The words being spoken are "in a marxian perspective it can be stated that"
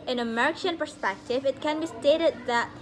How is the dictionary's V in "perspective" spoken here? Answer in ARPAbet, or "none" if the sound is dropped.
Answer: V